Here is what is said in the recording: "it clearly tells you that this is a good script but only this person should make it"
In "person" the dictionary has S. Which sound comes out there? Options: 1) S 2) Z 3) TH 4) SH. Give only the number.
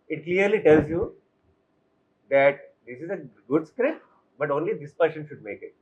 4